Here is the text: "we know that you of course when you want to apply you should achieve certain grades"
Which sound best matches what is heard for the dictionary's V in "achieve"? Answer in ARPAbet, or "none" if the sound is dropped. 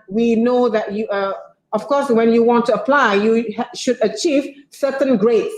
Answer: V